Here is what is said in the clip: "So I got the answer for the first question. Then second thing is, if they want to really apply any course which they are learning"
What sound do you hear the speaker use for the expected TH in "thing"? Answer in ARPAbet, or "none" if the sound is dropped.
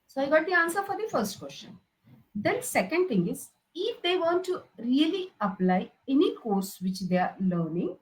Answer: T